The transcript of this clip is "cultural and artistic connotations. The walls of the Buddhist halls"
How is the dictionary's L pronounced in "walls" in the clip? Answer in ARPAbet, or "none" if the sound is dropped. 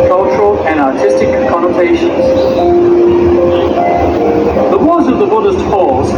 none